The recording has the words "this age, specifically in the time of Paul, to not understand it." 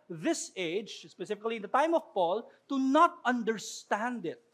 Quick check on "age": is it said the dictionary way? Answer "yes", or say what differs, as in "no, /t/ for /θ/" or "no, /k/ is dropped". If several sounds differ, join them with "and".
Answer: yes